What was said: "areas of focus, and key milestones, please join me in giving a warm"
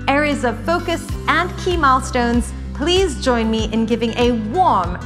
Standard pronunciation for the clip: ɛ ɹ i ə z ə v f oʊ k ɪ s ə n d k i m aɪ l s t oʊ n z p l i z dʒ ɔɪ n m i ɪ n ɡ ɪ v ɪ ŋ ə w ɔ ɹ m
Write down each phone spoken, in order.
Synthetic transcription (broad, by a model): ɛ ɹ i z ə v f oʊ k ɪ s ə n k i m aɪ l s t oʊ n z p l i z dʒ ɔɪ n m i ɪ n ɡ ɪ v ɪ ŋ ə w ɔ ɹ m